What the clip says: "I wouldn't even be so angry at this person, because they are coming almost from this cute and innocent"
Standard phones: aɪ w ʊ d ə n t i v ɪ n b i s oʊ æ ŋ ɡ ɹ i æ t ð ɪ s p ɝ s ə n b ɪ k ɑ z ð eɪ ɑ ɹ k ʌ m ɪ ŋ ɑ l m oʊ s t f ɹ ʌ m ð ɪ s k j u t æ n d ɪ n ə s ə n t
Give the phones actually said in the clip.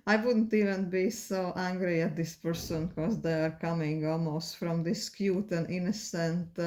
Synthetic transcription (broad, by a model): aɪ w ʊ d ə n t i v ɪ n b i s oʊ æ ŋ ɡ ɹ i æ t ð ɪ s p ɝ s ə n k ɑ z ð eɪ ɑ ɹ k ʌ m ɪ ŋ ɑ l m oʊ s t f ɹ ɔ m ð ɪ s k j u t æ n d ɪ n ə s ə n t